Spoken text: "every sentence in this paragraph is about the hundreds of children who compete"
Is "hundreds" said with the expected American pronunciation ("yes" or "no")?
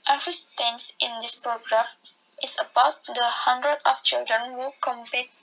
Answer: no